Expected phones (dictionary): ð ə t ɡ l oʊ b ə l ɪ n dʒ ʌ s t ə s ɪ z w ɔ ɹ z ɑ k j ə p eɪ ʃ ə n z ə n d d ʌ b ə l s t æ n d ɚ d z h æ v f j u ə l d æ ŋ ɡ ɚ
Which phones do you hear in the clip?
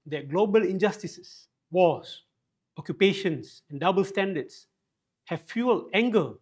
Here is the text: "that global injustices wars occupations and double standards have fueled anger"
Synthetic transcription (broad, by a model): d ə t ɡ l oʊ b ə l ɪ n dʒ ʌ s t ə s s w ɔ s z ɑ k j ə p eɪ ʃ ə n s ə n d d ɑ b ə l s t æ n d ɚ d s h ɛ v f j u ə l æ ŋ ɡ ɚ